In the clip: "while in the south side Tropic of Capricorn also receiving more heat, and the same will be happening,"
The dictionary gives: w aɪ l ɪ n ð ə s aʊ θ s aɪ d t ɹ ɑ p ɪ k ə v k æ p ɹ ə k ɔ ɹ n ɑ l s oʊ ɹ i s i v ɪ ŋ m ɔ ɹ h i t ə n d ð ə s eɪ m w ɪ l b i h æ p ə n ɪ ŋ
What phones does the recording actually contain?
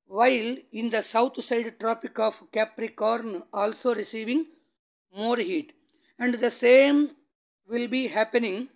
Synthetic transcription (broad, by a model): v aɪ l ɪ n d ə s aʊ t s aɪ d t ɹ ɑ p ɪ k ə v k æ p ɹ ə k ɔ ɹ n ɑ l s oʊ ɹ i s i v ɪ ŋ m ɔ ɹ h i t ə n d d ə s eɪ m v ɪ l b i h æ p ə n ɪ ŋ